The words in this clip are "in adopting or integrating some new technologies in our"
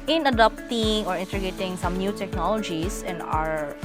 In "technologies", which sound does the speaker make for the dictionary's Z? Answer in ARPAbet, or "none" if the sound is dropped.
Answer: S